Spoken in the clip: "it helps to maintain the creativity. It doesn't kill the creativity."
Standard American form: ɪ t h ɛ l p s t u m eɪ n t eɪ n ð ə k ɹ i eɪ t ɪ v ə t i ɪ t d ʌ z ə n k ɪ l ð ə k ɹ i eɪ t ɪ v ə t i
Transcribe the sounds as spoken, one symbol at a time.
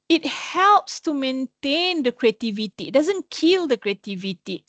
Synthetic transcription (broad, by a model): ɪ t h ɛ l p s t u m eɪ n t eɪ n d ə k ɹ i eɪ t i v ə t i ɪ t d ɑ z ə n k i l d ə k ɹ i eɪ t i v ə t i